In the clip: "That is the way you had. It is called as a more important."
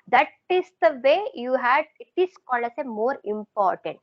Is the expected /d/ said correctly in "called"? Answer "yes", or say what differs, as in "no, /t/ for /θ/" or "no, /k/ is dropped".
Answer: no, /d/ is dropped